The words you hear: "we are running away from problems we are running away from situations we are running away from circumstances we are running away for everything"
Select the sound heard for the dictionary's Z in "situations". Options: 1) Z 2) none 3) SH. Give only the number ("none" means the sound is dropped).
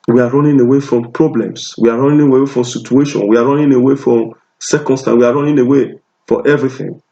2